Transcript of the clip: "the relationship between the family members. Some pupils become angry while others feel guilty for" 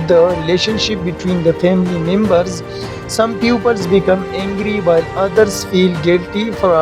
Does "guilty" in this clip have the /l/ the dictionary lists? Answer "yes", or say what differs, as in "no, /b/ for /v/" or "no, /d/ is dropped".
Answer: yes